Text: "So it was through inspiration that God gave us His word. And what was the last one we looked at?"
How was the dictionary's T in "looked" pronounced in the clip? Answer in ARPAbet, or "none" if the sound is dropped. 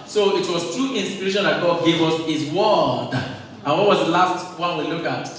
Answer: none